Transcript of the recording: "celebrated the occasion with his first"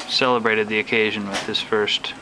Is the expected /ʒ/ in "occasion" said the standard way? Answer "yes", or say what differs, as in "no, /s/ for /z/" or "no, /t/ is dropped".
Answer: yes